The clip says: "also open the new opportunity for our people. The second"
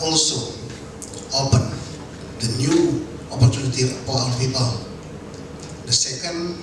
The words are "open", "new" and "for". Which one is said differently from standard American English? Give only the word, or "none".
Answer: for